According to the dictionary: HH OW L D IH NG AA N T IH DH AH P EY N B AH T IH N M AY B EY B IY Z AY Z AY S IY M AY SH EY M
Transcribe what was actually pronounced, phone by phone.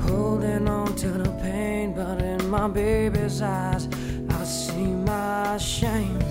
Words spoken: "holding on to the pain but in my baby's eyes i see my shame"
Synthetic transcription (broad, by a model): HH OW L D IH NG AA N T IH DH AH P EY N B AH T IH N M AY B EY B IY Z AY Z AY S IY M AY SH EY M